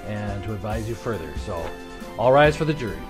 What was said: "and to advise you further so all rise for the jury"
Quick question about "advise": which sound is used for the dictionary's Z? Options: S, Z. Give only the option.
Z